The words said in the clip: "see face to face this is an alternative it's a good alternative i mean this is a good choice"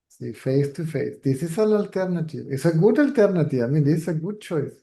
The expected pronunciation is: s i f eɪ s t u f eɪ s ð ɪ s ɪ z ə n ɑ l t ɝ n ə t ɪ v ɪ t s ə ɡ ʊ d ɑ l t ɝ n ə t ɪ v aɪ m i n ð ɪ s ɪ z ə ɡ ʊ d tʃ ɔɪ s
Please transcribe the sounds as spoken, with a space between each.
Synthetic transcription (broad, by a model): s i f eɪ s t u f eɪ s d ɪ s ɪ s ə l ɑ l t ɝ n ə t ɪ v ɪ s ə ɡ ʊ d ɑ l t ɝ n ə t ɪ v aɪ m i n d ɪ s ə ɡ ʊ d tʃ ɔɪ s